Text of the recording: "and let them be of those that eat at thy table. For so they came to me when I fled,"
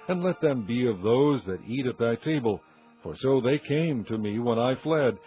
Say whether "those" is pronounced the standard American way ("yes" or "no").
yes